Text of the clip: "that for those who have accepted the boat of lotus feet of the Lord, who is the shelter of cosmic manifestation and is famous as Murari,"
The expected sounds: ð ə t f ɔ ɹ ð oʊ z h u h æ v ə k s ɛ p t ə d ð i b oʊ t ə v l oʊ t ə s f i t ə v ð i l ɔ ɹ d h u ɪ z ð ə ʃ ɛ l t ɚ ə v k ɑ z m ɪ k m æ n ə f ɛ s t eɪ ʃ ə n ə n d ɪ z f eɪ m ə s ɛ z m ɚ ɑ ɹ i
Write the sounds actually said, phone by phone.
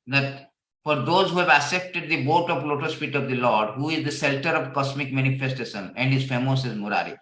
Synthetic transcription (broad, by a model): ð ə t f ɔ ɹ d oʊ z h u h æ v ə s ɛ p t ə d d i b oʊ t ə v l oʊ t ə s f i t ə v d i l ɔ ɹ d h u ɪ z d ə s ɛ l t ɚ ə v k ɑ s m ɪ k m æ n ə f ɛ s t eɪ ʃ ə n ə n d ɪ z f eɪ m ə s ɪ z m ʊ ɑ ɹ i